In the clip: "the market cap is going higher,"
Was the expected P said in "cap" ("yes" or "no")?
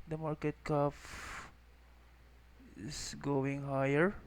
no